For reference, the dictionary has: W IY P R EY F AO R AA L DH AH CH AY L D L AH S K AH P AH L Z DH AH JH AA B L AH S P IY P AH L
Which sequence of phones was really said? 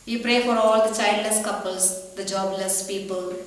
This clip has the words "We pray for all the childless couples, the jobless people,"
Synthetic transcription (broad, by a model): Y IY P R EY F AO R AA L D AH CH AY D L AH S K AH P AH L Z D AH JH AA B L AH S P IY P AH L